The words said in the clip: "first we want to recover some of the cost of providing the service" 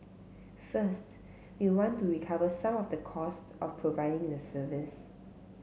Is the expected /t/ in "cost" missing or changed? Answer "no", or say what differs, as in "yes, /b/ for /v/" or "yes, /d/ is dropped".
no